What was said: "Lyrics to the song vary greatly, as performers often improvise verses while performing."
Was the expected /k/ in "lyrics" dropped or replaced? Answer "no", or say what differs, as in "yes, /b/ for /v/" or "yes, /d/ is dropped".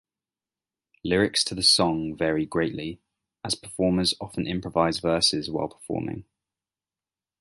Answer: no